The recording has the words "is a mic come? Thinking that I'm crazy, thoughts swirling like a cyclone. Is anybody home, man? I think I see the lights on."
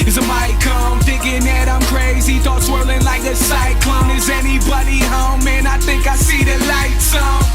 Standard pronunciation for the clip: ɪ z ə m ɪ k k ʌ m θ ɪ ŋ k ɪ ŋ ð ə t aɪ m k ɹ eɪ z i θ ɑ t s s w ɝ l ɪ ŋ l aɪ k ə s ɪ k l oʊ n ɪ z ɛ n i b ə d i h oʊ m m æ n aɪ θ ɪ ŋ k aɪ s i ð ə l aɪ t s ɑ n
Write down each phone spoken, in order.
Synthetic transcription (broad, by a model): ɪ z ə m ɪ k k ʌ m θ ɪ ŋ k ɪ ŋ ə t aɪ m k ɹ eɪ z i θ ɑ t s s w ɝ l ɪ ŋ l aɪ k ə s ɪ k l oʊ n ɪ z ɛ n i b ə d i h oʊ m m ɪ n aɪ θ ɪ ŋ k aɪ s i ð ə l aɪ t s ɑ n